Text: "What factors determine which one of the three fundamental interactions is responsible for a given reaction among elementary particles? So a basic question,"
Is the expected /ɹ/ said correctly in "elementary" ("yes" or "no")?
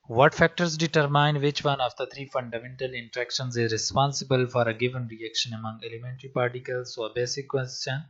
yes